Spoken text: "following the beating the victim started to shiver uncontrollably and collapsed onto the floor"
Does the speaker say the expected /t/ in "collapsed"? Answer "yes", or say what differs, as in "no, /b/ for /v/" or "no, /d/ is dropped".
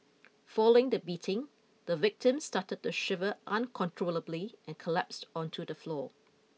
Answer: yes